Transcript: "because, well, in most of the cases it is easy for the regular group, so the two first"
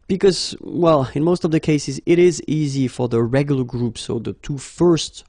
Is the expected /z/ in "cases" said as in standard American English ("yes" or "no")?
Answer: yes